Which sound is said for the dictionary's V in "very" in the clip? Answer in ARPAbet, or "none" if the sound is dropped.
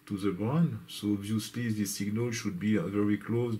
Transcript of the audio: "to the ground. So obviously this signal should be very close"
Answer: V